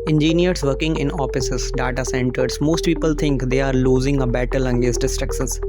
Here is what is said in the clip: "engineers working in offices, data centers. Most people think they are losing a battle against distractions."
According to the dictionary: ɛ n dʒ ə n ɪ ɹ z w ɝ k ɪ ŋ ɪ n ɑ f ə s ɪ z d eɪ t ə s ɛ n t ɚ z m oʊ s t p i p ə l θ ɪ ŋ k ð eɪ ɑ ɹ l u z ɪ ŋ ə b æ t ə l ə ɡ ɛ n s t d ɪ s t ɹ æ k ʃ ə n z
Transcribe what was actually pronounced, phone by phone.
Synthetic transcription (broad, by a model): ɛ n dʒ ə n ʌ ɹ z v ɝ k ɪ ŋ ɪ n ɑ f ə s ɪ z d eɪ t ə s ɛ n t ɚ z m oʊ s t p i p ə l t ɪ ŋ k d eɪ ɑ ɹ l u z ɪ ŋ ə b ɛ t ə l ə ɡ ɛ s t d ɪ s t ɹ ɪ k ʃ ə n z